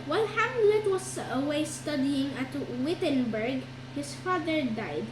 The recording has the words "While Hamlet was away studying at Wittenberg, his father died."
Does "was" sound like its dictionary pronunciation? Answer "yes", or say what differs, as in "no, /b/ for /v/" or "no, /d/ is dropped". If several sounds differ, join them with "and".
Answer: no, /s/ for /z/